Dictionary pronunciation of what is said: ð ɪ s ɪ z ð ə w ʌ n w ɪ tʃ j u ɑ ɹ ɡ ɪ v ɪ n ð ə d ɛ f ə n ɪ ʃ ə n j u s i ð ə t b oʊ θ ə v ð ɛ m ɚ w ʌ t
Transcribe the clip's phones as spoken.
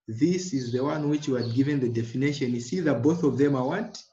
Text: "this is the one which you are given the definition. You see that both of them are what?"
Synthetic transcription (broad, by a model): ð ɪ s ɪ z ð ə w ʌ n w ɪ tʃ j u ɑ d ɡ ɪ v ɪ n ð ə d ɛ f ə n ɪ ʃ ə n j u s i ð ə t b oʊ θ ə v ð ɛ m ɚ w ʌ t